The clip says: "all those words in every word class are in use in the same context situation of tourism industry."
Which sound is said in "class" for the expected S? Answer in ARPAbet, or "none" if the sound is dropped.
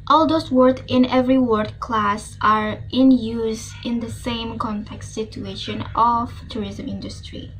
S